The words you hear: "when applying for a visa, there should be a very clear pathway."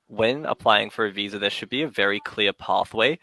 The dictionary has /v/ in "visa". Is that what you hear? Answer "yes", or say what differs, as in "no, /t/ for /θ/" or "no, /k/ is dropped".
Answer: yes